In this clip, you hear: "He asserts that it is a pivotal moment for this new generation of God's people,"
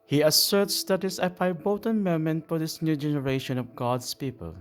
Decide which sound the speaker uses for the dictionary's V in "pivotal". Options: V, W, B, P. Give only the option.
B